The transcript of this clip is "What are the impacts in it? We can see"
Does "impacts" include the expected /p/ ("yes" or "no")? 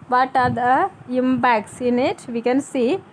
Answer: no